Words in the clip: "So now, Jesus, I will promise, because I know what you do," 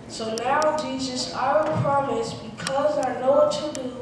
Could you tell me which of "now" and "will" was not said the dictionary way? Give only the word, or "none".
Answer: will